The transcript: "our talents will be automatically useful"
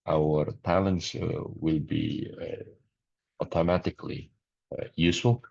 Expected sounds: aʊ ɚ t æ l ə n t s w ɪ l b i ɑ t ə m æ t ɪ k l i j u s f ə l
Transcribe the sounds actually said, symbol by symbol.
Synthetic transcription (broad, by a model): aʊ ɚ t æ l ə n t s w ɪ l b i ɑ t ə m æ t ɪ k l i j u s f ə l